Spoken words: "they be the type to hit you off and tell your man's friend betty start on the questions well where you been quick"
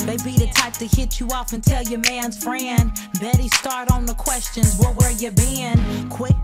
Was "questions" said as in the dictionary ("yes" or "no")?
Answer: yes